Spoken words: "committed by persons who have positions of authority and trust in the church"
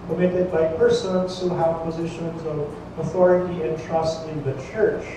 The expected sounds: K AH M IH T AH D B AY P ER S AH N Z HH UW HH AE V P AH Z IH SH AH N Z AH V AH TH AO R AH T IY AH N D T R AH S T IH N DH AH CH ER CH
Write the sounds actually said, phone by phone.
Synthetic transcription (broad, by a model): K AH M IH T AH D B AY P ER S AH N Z HH UW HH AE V P AH Z IH SH AH N Z AH V AH TH AO R AH T IY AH N T R AH S T IH N DH AH CH ER CH